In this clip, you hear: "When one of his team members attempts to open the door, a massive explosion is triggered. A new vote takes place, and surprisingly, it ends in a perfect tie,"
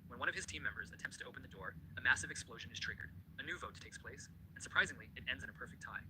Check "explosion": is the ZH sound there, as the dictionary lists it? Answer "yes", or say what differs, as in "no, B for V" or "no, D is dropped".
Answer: yes